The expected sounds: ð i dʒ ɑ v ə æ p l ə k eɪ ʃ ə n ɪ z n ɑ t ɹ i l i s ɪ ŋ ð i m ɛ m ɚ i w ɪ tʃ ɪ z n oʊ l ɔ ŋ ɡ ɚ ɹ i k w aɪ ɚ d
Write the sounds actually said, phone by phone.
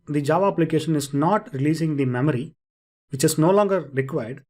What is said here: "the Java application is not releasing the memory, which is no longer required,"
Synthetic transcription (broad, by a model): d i dʒ ɑ v ə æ p l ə k eɪ ʃ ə n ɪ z n ɑ t ɹ i l i s ɪ ŋ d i m ɛ m ɚ i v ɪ tʃ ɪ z n oʊ l ɔ ŋ ɡ ɚ ɹ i k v aɪ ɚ d